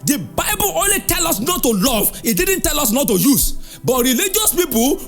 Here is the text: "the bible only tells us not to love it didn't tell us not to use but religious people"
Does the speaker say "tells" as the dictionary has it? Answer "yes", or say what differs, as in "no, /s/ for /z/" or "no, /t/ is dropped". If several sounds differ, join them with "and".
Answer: no, /z/ is dropped